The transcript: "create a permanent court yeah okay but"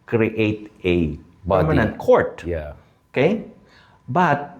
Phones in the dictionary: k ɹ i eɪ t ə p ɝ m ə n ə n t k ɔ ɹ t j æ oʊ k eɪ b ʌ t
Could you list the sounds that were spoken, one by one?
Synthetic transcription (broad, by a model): k ɹ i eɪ t ə b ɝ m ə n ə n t k ɔ ɹ t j oʊ k eɪ b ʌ t